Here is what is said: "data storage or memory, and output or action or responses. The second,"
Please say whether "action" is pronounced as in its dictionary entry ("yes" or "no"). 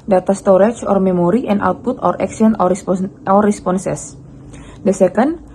no